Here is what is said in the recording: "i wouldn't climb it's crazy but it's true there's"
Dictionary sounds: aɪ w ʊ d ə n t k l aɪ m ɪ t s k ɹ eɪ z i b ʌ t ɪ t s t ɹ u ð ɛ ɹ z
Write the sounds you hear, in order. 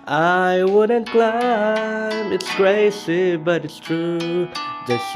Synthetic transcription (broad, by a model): aɪ w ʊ d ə n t k l aɪ m ɪ t s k ɹ eɪ s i b ʌ t ɪ t s t ɹ u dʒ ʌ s